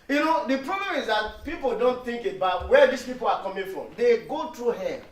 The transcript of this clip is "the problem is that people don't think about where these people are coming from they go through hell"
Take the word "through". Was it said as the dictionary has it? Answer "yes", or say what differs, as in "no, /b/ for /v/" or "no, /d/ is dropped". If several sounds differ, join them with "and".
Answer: no, /t/ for /θ/